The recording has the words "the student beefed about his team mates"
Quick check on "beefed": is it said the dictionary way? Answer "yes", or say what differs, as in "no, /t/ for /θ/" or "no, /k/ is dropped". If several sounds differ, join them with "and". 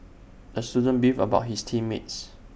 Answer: no, /t/ is dropped